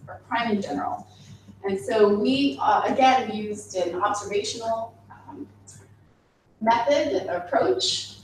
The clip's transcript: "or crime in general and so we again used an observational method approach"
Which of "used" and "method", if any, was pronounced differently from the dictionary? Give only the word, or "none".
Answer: none